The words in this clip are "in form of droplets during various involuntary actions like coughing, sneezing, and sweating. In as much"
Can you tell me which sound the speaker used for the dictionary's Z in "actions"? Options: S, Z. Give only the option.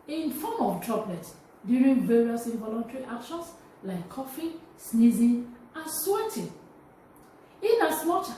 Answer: S